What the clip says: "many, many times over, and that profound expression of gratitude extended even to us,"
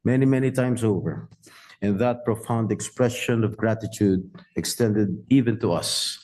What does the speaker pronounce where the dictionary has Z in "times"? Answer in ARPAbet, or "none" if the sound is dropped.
S